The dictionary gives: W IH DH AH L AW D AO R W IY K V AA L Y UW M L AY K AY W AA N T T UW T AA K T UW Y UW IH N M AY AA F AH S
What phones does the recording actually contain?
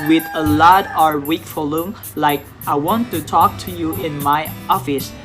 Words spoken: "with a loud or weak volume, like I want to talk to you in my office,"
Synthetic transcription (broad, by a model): W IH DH AH L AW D AO R W IY K F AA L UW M L AY K AY W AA N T T UW T AA K T UW Y UW IH N M AY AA F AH S